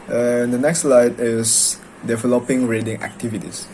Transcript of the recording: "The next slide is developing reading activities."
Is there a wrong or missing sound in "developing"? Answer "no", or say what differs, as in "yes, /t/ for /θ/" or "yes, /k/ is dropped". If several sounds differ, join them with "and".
no